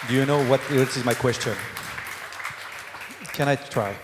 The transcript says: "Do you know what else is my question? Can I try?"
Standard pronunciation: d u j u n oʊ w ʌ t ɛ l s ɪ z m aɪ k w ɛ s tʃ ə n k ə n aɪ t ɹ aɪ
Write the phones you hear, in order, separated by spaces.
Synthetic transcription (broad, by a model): d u j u n oʊ w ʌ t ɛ s ɪ z m aɪ k w ɛ s tʃ ə n k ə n aɪ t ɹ aɪ